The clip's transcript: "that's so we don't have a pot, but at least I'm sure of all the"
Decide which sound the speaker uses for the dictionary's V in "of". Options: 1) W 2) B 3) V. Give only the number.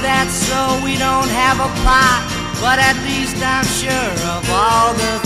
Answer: 3